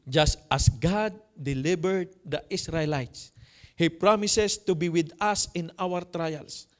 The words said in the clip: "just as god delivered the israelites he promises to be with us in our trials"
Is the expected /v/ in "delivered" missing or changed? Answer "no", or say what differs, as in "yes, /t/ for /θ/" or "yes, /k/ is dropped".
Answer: yes, /b/ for /v/